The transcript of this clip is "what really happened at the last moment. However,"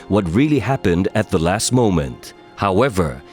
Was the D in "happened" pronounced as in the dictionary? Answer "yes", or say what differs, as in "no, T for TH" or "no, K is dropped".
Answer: yes